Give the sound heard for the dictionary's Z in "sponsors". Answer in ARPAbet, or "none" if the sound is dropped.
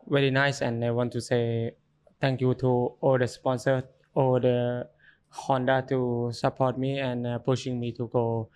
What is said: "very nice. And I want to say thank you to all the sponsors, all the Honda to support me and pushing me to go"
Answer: none